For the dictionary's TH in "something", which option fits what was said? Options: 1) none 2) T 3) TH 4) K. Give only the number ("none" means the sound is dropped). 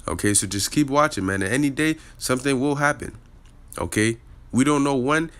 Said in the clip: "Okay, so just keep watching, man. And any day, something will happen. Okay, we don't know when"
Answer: 3